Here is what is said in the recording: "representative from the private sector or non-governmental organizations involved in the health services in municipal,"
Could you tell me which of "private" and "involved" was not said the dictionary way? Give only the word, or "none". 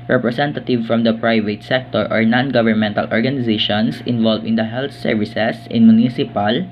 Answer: involved